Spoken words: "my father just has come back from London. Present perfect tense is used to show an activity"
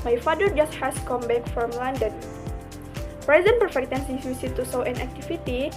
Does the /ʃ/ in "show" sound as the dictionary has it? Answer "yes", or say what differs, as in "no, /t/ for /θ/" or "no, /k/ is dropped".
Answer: no, /s/ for /ʃ/